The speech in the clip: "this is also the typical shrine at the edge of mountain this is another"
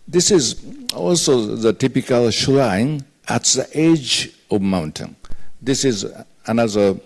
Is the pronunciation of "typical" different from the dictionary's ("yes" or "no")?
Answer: no